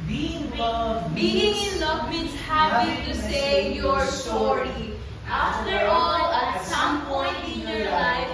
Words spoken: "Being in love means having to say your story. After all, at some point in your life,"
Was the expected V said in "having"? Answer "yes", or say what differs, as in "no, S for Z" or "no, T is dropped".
no, P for V